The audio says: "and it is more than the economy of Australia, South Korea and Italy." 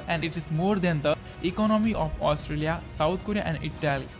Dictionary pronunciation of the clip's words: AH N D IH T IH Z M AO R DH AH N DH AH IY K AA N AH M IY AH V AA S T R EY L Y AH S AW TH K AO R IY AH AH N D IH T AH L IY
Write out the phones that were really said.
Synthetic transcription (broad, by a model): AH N D IH T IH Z M AO R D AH N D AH IY K AA N AH M IY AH F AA S T R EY L Y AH S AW T K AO R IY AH AH N D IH T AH L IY